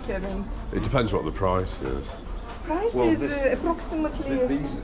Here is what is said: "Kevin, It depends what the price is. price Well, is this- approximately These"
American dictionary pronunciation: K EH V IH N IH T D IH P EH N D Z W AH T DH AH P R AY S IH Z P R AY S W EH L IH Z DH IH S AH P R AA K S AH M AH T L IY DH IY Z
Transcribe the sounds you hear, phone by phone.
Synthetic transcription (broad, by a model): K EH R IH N IH T D IH P EH N D Z W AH T DH AH P R AY S IH Z P R AY S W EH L IH Z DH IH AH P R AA K S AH M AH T L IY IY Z